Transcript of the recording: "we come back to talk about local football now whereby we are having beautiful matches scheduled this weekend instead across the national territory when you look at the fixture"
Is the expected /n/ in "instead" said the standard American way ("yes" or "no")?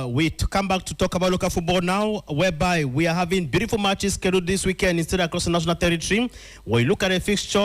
yes